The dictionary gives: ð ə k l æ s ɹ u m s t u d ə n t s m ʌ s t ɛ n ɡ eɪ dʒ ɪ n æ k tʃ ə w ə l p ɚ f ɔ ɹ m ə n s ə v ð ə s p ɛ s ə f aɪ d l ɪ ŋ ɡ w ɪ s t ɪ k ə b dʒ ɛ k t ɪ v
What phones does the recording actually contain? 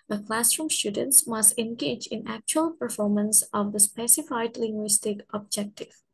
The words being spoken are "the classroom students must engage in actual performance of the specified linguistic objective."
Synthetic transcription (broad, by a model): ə k l æ s ɹ u m s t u d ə n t s m ʌ s t ɛ n ɡ eɪ dʒ ɪ n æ k tʃ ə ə l p ɚ f ɔ ɹ m ə n s ə v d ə s p ɛ s ə f aɪ d l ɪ ŋ ɡ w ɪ s t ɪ k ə b dʒ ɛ k t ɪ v